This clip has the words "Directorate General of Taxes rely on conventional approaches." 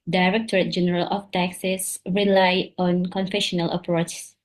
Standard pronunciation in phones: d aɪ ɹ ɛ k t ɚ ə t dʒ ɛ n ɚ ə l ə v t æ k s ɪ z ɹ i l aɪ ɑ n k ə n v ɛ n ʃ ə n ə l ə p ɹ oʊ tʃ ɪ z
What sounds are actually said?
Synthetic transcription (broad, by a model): d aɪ ɹ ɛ k t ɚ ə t dʒ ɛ n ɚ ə l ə f t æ k s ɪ s ɹ i l aɪ ɑ n k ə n f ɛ ʃ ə n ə l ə p ɹ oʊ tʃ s